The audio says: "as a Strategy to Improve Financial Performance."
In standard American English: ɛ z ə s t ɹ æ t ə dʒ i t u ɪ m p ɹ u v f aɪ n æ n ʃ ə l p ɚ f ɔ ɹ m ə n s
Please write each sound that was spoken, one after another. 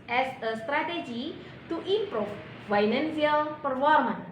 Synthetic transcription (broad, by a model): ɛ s ə s t ɹ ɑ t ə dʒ i t u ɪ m p ɹ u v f aɪ n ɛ n s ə l p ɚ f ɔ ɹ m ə n